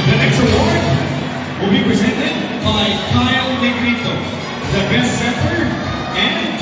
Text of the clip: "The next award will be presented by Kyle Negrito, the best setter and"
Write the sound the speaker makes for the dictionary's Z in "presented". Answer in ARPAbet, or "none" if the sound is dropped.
Z